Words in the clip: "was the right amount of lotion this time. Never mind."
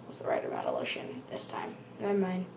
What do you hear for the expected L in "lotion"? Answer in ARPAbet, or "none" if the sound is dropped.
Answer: L